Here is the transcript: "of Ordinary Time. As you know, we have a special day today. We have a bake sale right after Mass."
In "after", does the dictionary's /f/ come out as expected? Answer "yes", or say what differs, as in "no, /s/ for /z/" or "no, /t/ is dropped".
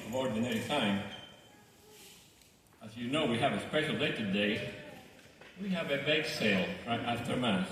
no, /f/ is dropped